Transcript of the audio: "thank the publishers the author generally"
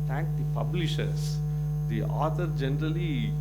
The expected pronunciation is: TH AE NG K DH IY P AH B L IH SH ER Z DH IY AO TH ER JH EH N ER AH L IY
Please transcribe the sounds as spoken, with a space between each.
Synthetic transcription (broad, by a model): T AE NG K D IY P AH B L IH SH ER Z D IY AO T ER JH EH N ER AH L IY